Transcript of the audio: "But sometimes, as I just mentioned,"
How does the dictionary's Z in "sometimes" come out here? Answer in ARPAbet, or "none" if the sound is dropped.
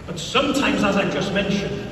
Z